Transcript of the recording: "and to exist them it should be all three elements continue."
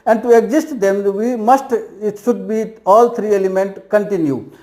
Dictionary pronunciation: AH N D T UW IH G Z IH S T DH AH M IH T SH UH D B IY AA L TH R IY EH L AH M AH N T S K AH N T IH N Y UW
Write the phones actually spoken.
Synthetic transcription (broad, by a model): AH N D T UW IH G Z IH S T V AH M IH T SH UH D B IY AA L T R IY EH L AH M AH N T K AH N T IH N Y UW